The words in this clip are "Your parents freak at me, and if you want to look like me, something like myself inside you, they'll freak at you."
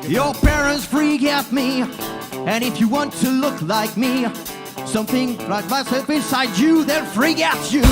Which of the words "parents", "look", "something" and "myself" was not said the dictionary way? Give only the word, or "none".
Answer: none